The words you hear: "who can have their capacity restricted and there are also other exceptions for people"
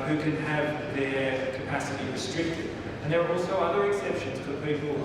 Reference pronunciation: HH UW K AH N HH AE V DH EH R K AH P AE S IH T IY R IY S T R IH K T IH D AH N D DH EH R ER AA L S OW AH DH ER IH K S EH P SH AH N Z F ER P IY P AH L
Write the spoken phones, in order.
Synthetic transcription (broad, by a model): HH UW K AH N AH V DH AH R K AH P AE S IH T IY R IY S T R IH K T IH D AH N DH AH R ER AA L S OW AH DH ER IH K S EH P SH AH N Z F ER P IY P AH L